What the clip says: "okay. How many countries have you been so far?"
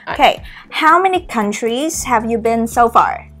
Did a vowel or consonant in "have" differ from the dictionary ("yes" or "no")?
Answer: no